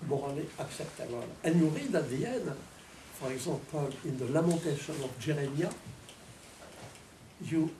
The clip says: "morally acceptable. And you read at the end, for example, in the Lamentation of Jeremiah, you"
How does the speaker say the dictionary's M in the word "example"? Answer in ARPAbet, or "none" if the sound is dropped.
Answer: none